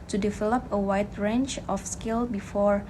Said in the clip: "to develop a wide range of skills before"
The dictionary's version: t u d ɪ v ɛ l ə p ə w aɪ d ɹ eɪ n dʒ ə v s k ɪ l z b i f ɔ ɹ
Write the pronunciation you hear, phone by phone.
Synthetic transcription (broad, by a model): t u d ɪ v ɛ l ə p ə w aɪ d ɹ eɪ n tʃ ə f s k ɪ l b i f ɔ ɹ